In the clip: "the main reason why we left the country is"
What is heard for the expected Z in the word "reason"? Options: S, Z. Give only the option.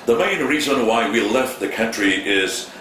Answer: Z